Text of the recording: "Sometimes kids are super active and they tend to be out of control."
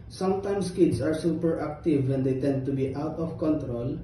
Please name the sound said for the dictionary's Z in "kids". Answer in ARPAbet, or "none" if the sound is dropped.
S